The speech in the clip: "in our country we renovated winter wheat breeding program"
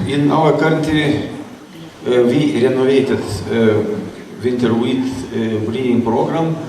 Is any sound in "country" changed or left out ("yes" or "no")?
yes